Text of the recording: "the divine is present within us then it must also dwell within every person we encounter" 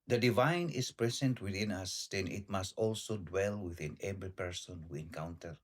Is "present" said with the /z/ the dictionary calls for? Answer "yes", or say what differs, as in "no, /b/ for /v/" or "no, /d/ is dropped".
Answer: no, /s/ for /z/